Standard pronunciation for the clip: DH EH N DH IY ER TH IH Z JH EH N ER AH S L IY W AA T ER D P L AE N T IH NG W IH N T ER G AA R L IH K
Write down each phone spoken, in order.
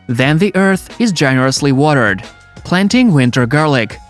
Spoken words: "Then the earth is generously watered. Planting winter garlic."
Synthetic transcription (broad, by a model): DH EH N DH IY ER TH IH Z JH EH N ER AH S L IY W AA T ER D P L AE N T IH NG W IH N T ER G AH R L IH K